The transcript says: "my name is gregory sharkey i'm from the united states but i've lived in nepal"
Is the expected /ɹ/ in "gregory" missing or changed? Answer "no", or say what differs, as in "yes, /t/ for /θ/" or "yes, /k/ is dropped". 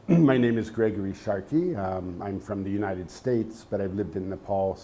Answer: no